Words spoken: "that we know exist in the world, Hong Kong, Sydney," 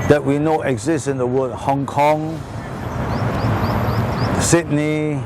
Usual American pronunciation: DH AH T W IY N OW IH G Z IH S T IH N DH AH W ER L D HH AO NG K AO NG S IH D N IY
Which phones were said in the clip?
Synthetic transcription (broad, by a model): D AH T W IY N OW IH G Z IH S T IH N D AH W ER D HH AO NG K AO NG S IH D N IY